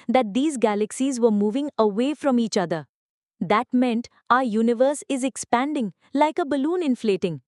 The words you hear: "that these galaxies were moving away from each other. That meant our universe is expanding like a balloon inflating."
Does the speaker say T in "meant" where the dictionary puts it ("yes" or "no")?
yes